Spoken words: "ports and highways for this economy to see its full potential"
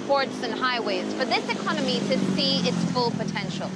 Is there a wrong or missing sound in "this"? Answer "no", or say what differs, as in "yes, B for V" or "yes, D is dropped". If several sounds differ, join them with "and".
no